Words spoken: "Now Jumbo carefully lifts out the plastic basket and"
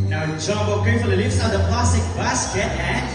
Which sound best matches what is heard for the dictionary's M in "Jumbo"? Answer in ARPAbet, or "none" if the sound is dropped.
none